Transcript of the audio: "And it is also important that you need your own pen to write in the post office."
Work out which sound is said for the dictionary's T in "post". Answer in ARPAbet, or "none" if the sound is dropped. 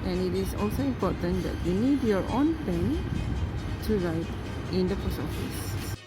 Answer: none